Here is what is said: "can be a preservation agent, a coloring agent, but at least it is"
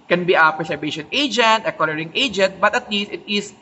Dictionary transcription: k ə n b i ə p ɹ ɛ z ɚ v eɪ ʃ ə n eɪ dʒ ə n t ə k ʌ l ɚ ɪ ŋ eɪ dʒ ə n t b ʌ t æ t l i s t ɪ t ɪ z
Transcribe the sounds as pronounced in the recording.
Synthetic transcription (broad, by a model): k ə n b i ə p ɹ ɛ s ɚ b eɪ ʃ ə n eɪ dʒ ə n t ə k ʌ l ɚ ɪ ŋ eɪ dʒ ə n t b ʌ t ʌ t l i s t ɪ t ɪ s